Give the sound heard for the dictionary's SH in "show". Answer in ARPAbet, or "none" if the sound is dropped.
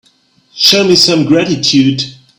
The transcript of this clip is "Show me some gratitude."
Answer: SH